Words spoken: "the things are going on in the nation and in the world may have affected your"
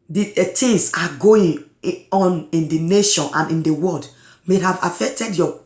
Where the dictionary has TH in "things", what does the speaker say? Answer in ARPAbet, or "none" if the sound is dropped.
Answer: T